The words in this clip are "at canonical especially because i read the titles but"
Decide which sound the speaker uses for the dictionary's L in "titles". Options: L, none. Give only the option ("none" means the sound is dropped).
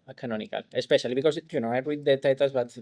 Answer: none